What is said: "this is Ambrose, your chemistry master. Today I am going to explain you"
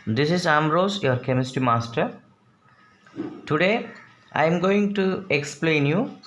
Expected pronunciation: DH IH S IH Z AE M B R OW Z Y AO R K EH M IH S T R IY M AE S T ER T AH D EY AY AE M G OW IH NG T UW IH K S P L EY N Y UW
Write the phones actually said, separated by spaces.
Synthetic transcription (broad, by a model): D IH S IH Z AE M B R OW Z Y AO R K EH M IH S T IY M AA S T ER T AH D EY AY M G OW IH NG T UW IH K S P L EY N Y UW